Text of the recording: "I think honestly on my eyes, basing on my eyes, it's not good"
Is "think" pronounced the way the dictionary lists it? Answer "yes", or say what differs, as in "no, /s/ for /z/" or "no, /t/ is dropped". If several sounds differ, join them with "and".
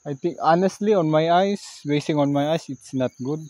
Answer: no, /t/ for /θ/